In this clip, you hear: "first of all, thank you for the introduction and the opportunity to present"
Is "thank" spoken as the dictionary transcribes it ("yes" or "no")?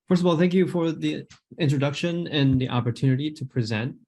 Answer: yes